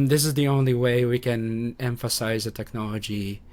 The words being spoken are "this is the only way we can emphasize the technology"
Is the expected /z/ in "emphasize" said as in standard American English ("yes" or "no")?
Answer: yes